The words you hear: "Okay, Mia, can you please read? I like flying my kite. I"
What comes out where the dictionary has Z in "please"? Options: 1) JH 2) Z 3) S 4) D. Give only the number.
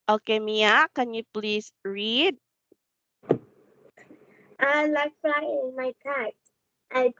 3